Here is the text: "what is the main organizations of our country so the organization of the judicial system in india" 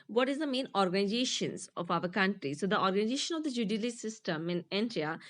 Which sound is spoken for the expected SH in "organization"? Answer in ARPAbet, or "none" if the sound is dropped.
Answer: SH